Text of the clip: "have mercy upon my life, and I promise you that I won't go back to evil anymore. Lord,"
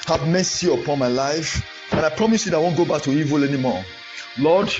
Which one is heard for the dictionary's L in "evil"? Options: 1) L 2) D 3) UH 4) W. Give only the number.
1